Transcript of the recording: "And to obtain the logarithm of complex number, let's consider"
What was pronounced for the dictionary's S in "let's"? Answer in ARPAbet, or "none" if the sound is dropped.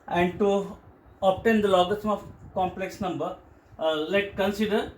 none